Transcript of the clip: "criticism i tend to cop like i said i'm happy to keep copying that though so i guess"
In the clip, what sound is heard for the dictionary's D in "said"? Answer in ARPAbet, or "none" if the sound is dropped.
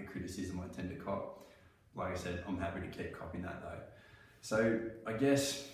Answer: D